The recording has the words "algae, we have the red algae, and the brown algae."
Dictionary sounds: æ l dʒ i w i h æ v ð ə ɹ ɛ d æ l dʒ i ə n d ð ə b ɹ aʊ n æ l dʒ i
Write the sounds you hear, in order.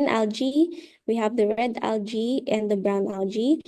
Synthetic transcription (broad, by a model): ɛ l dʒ i w i h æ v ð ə ɹ ɛ d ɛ l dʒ i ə n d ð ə b ɹ aʊ n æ l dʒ i